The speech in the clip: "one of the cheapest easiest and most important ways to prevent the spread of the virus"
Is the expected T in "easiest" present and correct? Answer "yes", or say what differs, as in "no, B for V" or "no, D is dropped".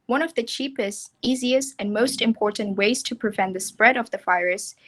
yes